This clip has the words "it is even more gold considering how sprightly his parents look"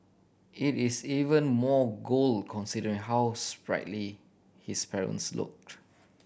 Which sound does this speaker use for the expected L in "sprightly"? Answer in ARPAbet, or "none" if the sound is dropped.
L